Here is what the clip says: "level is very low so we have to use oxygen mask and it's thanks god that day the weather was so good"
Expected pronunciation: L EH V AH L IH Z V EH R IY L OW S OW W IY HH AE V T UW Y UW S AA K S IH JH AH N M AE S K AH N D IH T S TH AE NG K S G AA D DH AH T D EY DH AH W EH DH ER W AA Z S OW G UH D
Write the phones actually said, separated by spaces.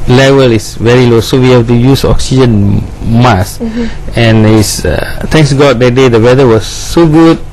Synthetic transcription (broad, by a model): L EH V AH L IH S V EH R IY L OW S OW W IY HH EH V T UW Y UW S AA K S IH JH AH N M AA S AH N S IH T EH NG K S G AA D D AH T D EY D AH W EH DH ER W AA S OW G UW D